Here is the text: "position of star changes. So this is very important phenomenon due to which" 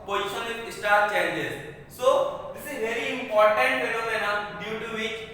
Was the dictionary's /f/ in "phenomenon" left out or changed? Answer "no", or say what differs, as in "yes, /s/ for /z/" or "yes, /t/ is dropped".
yes, /p/ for /f/